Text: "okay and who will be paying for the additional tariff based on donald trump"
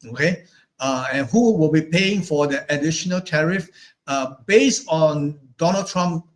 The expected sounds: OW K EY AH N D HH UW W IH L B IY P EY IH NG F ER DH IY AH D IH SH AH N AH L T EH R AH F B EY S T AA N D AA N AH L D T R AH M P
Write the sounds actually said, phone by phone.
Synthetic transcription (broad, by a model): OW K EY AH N HH UW W IH L B IY P EY IH NG F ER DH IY AH D IH SH AH N AH L T EH R AH F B EY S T AA N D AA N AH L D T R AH M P